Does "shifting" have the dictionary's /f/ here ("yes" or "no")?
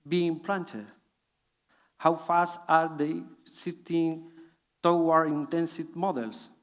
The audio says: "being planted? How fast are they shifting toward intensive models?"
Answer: no